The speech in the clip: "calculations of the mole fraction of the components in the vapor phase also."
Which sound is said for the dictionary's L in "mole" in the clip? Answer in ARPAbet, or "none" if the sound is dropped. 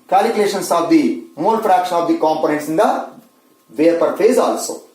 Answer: N